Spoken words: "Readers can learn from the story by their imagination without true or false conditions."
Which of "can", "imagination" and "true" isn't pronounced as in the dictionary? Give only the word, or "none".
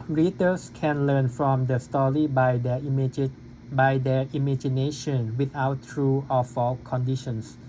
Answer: none